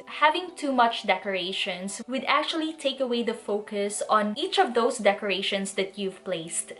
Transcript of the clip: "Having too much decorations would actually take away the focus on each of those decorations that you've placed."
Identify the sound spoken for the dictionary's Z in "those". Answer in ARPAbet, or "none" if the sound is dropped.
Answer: S